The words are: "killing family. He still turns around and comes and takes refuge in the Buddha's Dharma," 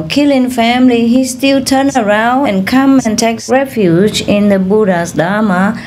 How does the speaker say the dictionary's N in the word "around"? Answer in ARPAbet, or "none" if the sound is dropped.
N